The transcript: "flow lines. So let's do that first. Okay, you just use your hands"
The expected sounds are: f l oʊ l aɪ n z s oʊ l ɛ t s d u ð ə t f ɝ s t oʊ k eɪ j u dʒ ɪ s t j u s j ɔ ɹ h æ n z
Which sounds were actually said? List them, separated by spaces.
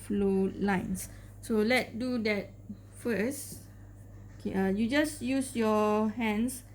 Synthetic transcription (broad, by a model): f l oʊ l aɪ n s s oʊ l ɛ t d u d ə t f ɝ s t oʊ k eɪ j u dʒ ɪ s j u s j ɔ h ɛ n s